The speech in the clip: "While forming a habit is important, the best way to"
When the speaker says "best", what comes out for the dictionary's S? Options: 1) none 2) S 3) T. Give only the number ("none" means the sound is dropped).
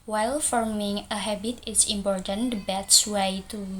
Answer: 1